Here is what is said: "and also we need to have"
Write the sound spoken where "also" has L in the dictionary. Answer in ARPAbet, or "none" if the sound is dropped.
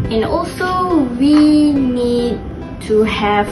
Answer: L